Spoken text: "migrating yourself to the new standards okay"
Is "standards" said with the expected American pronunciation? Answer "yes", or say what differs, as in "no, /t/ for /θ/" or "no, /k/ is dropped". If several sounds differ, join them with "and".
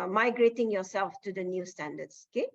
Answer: no, /s/ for /z/